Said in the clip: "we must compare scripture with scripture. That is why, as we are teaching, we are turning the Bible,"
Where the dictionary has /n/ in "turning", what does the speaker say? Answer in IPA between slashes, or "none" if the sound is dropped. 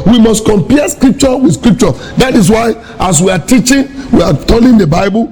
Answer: /l/